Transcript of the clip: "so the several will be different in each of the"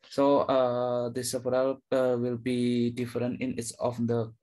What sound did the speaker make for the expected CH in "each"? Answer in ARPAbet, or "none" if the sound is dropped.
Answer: S